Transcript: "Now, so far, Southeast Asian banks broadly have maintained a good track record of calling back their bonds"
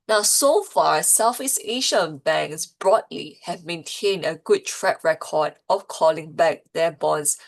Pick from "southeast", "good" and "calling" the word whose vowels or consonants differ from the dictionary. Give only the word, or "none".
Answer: southeast